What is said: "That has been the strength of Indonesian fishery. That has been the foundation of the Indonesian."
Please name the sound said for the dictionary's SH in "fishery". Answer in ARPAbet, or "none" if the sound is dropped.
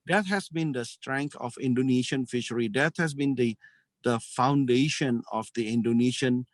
SH